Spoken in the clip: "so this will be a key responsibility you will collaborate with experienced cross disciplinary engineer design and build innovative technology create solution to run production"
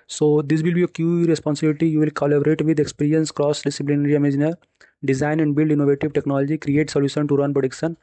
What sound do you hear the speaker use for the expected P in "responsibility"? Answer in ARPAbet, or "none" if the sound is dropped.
P